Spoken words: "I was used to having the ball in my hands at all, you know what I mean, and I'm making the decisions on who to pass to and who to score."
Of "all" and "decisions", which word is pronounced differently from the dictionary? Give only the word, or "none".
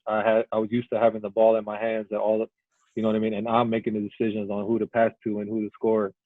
none